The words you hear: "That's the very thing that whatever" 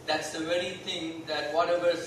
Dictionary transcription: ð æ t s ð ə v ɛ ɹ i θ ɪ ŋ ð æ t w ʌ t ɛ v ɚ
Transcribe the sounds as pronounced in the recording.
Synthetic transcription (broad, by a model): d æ t s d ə v ɛ ɹ i t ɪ ŋ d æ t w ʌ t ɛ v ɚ